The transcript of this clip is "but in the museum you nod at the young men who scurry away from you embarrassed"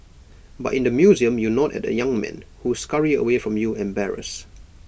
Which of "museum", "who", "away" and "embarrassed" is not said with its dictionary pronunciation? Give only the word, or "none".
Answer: embarrassed